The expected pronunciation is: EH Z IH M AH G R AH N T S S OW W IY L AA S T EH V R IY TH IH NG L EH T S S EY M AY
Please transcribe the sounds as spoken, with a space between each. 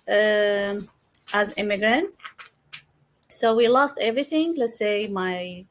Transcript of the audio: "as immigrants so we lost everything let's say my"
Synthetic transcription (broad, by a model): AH Z IH M AH G R AH N T S S OW W IY L AA S T EH V R IY TH IH NG L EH T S S EY M AY